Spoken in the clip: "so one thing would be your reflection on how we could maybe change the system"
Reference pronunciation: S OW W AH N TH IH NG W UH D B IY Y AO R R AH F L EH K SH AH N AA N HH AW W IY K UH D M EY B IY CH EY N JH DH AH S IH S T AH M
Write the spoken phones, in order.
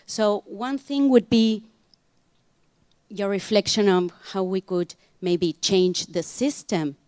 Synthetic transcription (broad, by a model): S OW W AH N TH IH NG W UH D B IY Y AO R R AH F L EH K SH AH N AA N HH AW W IY K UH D M EY B IY CH EY N JH DH AH S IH S T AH M